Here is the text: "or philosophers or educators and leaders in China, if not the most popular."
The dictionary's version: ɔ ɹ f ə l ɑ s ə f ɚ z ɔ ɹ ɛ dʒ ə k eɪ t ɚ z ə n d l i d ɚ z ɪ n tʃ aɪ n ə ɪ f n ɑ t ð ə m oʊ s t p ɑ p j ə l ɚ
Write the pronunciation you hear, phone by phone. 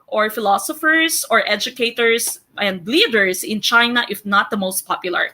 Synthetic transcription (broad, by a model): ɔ ɹ f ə l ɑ s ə f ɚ s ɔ ɹ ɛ dʒ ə k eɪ t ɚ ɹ ə n d l i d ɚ s ɪ n tʃ aɪ n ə ɪ f n ɑ t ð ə m oʊ s t p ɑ p j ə l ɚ